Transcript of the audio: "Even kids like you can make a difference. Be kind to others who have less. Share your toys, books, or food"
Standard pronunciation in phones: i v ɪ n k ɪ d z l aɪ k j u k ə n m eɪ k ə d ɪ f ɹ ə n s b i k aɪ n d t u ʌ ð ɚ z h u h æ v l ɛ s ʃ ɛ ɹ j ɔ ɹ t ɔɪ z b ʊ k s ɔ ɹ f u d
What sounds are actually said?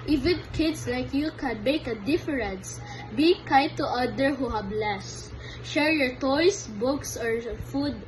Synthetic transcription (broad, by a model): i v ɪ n k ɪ d s l aɪ k j u k ə n m eɪ k ə d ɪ f ɹ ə n s b i k aɪ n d t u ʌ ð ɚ h u h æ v l ɛ s ʃ ɛ ɹ j ɔ ɹ t ɔɪ s b ʊ k s ɔ ɹ f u d